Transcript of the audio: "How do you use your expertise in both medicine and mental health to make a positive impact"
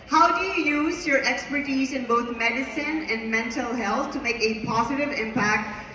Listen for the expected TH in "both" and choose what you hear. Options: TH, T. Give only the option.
T